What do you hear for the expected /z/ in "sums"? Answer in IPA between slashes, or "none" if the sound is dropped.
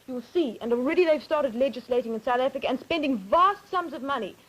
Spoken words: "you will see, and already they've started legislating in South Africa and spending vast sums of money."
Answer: /z/